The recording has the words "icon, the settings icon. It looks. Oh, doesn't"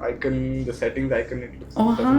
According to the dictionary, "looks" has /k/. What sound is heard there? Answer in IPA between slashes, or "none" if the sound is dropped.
none